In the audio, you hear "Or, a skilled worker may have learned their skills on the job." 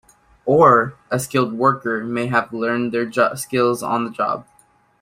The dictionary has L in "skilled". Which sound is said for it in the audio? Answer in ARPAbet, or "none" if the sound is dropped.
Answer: L